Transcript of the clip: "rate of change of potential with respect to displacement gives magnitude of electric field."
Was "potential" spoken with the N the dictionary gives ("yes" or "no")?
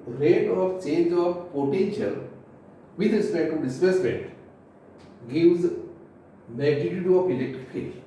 yes